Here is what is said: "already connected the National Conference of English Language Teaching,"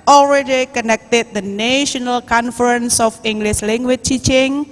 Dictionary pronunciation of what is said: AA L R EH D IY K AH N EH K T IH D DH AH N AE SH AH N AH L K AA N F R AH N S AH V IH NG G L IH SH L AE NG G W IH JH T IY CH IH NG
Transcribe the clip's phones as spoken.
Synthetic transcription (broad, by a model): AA L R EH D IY K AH N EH K T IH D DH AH N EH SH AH N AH L K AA N F R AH N S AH F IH NG G L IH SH L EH NG G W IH CH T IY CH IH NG